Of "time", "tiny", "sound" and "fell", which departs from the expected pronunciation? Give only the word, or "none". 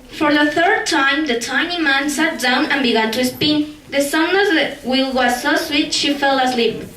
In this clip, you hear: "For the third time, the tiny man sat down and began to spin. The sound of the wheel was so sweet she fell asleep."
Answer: sound